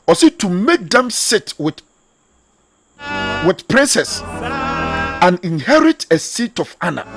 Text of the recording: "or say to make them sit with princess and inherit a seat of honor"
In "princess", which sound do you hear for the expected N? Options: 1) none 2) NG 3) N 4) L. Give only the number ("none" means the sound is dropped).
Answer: 3